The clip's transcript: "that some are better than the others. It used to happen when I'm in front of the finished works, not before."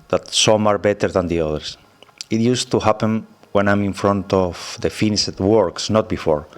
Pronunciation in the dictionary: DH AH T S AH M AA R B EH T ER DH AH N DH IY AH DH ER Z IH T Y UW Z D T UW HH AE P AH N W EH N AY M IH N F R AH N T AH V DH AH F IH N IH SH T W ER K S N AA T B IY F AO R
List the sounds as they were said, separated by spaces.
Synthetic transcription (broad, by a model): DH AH T S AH M AA R B EH T ER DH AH N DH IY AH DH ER S IH T Y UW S T UW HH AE P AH N W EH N AY M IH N F R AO N T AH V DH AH F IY N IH T W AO K S N AA T B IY F AO R